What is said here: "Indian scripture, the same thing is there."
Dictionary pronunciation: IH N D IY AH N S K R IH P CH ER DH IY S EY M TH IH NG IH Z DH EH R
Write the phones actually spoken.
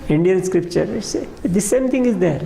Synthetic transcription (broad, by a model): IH N D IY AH N S K R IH P CH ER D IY S EY M T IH NG IH Z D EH R